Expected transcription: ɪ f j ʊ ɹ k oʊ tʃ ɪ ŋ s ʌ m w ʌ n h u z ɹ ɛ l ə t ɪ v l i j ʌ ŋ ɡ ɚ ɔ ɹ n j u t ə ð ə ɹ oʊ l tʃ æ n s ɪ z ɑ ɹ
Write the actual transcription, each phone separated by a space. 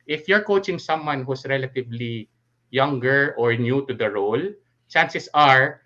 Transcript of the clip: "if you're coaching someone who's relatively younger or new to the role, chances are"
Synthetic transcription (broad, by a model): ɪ f j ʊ ɹ k oʊ tʃ ɪ ŋ s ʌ m w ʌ n h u s ɹ ɛ l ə t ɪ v l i j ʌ ŋ ɡ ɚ ɔ ɹ n j u t ə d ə ɹ oʊ l tʃ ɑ n s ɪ s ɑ ɹ